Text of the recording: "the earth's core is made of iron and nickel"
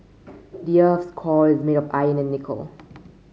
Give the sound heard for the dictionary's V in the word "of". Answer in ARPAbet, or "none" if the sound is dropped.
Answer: P